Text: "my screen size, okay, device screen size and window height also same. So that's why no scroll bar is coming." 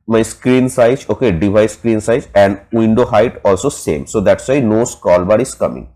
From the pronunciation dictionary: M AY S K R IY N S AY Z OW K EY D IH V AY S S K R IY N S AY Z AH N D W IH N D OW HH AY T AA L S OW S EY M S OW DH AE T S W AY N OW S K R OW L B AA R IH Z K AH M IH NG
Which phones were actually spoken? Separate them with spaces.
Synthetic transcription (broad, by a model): M AY S K R IY N S AY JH OW K EY D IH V AY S S K R IY N S AY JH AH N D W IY N D OW HH AY T AA L S OW S EY M S OW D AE T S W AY N OW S K OW L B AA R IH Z K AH M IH NG